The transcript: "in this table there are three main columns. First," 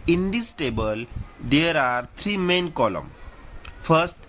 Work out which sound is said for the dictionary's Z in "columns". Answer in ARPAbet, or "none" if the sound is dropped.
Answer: none